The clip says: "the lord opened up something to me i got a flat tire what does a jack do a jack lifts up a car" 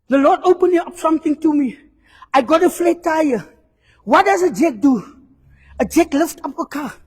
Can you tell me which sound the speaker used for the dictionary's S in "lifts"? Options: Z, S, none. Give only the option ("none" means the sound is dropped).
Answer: none